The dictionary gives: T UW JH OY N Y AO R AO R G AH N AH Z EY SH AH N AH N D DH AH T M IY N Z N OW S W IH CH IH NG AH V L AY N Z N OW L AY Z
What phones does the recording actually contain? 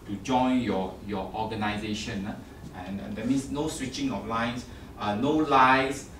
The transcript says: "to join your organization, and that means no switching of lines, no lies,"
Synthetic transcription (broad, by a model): T UW JH OY N Y AO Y AO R G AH N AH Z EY SH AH N AH N D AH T M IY N S N OW S W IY CH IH NG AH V L AY N S N OW L AY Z